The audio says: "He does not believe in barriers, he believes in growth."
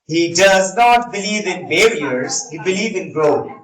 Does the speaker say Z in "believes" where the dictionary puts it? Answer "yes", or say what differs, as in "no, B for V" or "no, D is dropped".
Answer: no, Z is dropped